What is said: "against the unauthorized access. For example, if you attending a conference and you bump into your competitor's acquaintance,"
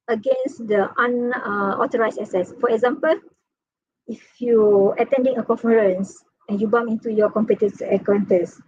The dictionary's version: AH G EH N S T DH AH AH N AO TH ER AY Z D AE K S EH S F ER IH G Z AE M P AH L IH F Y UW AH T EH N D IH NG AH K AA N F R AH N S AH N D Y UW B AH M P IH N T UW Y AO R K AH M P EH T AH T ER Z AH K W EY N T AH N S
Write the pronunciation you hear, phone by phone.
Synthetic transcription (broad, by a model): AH G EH N S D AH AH N AO T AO AY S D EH S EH S F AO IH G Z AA M P AH L IH F Y UW AH T EH N D IH NG AH K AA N F R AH N S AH N Y UW B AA M IH N T UW Y AO K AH M P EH T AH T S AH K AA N T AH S